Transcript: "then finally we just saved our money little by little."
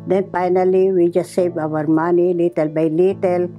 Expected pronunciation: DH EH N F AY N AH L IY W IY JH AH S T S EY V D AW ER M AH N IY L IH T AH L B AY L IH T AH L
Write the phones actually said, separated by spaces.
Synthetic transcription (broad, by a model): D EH N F AY N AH L IY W IY JH AH S T S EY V AW ER M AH N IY L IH T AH L B AY L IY T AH L